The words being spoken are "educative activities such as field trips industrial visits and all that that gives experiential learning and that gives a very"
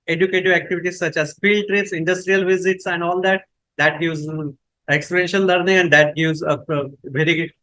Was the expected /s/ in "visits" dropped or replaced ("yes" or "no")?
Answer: no